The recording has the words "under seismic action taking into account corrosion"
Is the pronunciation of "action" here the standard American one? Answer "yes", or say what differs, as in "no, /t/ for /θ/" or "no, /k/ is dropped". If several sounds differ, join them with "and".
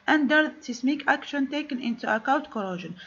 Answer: yes